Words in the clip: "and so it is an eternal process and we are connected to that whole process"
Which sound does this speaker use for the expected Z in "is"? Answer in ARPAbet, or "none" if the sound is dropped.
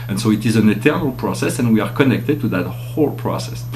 Z